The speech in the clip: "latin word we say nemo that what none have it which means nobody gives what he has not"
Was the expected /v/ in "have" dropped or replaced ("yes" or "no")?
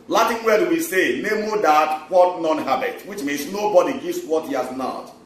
yes